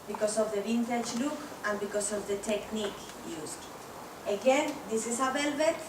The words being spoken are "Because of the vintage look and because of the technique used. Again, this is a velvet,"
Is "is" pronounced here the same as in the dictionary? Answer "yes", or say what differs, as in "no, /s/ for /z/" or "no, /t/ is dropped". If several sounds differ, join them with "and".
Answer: no, /s/ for /z/